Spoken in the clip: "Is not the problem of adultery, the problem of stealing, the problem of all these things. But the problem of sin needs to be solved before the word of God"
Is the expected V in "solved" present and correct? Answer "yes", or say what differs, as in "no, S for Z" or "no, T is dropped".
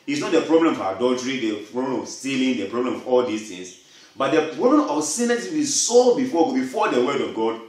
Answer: no, V is dropped